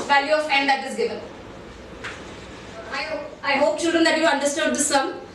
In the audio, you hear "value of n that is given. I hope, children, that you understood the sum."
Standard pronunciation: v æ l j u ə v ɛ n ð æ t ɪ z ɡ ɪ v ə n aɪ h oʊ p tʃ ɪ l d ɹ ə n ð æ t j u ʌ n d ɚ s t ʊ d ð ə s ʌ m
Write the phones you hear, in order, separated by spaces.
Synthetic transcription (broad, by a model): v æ l j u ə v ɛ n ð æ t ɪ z ɡ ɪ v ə n aɪ h oʊ p tʃ ɪ l d ɹ ə n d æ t j u ʌ n d ɚ s t ʊ d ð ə s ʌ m